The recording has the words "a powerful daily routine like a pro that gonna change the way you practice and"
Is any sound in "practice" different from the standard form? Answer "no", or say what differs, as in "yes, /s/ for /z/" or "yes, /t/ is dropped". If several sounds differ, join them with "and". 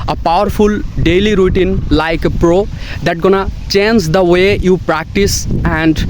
no